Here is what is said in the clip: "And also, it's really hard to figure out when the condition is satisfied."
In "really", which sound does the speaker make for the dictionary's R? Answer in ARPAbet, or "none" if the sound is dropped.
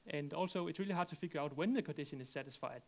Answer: R